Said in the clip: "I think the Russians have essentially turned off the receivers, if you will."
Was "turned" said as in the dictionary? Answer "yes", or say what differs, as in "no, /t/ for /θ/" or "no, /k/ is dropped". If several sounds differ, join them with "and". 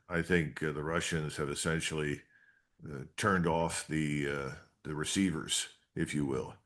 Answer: yes